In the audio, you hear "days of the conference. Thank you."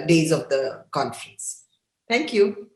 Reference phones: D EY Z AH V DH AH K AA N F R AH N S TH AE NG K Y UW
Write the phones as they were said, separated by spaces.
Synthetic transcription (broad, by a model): D EY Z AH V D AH K AA N F R AH N S T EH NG K Y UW